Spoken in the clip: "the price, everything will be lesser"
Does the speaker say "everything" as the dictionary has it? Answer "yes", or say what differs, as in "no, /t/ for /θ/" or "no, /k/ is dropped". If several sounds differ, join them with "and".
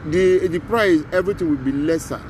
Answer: no, /t/ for /θ/